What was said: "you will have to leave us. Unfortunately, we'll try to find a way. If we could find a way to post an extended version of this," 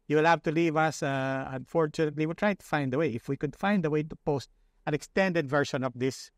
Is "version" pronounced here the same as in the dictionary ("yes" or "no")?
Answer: no